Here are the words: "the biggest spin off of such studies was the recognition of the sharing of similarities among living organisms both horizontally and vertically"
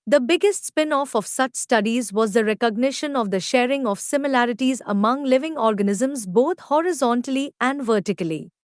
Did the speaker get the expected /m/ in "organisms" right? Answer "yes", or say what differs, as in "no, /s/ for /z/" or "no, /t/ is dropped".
yes